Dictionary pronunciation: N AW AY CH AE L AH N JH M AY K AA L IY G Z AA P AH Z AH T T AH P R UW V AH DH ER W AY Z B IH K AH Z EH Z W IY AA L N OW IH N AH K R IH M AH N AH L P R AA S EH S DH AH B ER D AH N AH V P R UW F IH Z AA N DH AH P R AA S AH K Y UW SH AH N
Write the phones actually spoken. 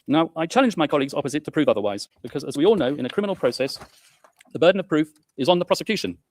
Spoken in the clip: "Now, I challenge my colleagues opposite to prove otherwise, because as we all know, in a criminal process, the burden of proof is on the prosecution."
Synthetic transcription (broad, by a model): N AW AY CH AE L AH N JH M AY K AA L IY G Z AA P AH Z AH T T AH P R UW V AH DH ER W AY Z B IH K AH Z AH Z W IY AA L N OW IH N AH K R IH M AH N L P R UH S EH S DH AH B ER D N AH V P R UW F IH Z N DH AH P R AA S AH K Y UW SH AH N